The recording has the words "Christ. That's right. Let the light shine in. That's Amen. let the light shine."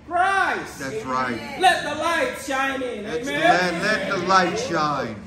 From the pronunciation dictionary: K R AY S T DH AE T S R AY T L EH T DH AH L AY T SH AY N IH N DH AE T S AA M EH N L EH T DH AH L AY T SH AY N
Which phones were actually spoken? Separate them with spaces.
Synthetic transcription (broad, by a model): R AY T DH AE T S R AY T L EH T DH AH L AY T SH AY N IH N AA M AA EH L EH T DH AH L AY T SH AY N